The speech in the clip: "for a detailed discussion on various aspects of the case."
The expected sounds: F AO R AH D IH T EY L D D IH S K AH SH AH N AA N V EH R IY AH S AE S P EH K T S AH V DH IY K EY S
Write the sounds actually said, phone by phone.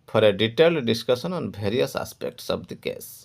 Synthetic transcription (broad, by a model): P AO R AH D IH T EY L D D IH S K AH S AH N AA N B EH R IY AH S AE S P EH K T S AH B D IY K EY S